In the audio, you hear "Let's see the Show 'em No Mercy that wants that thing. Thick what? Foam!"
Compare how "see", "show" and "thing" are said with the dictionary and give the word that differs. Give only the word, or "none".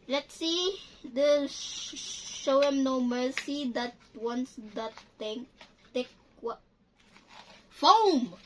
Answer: thing